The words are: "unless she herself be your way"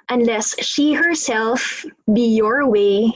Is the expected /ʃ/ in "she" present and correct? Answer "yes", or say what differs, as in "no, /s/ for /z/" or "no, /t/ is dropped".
yes